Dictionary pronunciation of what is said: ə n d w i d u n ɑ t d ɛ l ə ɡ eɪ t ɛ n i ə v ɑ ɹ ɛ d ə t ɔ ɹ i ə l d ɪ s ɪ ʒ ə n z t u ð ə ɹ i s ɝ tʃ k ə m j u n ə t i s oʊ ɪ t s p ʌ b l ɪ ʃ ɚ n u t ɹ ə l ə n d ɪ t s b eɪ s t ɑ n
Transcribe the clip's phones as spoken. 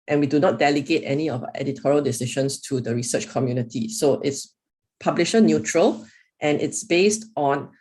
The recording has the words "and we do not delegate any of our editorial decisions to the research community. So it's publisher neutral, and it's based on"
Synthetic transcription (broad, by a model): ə n w i d u n ɑ t d ɛ l ə ɡ eɪ t ɛ n i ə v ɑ ɛ d ə t ɔ ɹ i ə l d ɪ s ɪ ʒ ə n s t u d ə ɹ i s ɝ tʃ k ə m j u n ə t i s oʊ ɪ t s p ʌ b l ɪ ʃ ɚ n u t ɹ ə l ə n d ɪ t s b eɪ s t ɑ n